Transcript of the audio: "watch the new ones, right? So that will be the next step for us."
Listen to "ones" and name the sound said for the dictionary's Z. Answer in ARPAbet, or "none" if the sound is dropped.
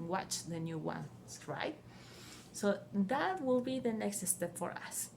none